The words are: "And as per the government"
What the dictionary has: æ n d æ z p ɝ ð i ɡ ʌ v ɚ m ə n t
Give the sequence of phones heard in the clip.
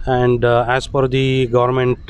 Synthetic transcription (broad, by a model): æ n d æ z f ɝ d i ɡ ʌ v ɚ m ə n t